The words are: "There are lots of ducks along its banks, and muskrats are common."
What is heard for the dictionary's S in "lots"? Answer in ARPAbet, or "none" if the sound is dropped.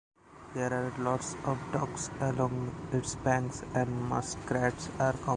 S